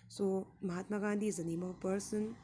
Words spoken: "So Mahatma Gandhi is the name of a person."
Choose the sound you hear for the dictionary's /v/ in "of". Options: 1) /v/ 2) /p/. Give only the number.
2